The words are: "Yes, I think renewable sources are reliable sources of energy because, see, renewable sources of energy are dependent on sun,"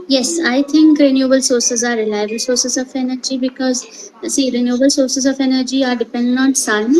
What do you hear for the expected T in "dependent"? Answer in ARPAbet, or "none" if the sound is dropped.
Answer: none